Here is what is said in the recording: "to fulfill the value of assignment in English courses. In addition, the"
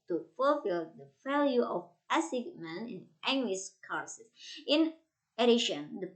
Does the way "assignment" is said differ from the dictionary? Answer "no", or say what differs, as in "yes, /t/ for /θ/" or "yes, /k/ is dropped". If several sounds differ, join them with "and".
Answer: yes, /t/ is dropped